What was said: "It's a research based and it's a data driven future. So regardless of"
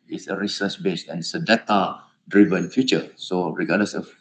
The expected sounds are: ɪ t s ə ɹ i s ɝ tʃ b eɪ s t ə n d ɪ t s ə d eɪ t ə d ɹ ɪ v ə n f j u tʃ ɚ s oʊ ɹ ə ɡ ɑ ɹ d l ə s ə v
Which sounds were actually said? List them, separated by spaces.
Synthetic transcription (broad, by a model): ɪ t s ə ɹ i s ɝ s b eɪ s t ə n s ə d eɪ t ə d ɹ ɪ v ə n f j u tʃ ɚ s oʊ ɹ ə ɡ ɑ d l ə s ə